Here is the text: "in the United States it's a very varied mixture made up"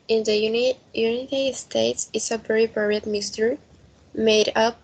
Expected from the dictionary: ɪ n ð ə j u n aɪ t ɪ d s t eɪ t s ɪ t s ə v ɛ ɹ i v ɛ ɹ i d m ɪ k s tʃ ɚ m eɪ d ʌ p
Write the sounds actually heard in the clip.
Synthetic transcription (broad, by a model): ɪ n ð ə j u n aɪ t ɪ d s t eɪ t s ɪ t s ə b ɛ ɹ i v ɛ ɹ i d m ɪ s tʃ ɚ m eɪ d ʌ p